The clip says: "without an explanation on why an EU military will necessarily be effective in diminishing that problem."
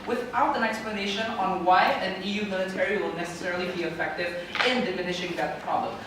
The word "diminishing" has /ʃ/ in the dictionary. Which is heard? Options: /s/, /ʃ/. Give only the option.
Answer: /ʃ/